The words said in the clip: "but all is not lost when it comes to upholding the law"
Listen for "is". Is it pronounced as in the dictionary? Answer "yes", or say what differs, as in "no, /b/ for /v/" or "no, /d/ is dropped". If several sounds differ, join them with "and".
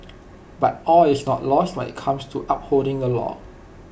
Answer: no, /s/ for /z/